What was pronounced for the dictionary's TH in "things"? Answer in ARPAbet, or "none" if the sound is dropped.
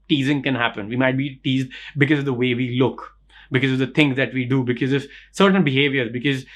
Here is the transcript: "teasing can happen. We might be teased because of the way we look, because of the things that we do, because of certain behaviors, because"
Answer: T